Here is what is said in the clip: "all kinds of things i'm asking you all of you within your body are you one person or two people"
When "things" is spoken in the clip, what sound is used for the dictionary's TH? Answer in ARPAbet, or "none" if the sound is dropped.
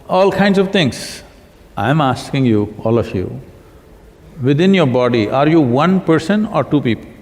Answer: T